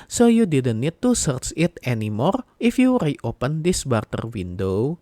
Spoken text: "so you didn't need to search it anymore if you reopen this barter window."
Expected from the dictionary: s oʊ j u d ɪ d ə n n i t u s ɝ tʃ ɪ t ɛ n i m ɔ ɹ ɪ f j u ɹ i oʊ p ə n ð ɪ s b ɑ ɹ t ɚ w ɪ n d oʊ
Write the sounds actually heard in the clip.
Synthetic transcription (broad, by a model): s oʊ j u d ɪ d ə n n i t u s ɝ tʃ ɪ t ɛ n i m ɔ ɹ ɪ f j u ɹ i oʊ p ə n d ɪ s b ɑ ɹ t ɚ w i n d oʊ